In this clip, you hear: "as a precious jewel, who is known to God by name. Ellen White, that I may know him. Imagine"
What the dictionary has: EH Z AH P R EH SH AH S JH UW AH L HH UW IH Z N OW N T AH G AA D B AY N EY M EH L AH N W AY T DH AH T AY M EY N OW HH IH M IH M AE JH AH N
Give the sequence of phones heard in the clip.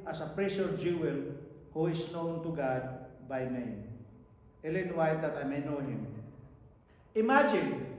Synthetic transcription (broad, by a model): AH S AH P R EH S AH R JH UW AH L HH UW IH S N OW N T AH G AA D B AY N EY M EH L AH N W AY T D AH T AY M EY N OW HH IH M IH M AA JH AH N